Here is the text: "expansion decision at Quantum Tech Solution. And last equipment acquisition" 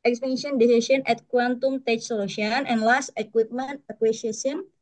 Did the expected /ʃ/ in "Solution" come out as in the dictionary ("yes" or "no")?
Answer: no